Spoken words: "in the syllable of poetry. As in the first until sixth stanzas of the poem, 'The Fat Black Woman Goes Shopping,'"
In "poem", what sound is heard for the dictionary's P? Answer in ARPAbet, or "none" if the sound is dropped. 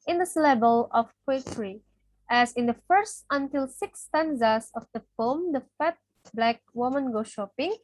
F